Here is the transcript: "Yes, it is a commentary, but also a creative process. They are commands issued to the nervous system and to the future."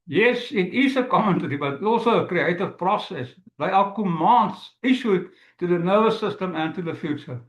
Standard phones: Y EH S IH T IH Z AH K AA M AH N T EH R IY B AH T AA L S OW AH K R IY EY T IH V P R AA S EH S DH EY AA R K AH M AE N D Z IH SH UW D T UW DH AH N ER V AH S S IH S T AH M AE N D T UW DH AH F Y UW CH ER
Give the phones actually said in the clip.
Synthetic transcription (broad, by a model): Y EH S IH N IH S AH K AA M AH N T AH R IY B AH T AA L S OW AH K R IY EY T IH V P R AA S EH S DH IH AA L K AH M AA N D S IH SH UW T UW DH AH N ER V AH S S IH S T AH M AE N T UW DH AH F Y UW CH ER